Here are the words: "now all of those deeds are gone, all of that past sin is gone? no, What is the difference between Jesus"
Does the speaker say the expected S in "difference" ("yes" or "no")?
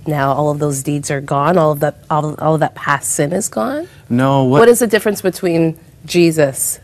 yes